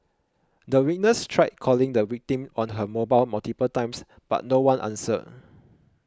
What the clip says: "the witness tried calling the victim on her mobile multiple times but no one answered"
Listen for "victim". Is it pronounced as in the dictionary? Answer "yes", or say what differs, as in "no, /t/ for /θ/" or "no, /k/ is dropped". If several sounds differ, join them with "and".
no, /w/ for /v/